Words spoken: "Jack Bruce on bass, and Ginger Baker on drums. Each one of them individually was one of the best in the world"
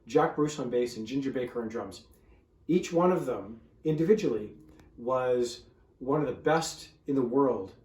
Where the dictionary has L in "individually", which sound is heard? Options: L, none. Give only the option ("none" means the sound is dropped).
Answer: L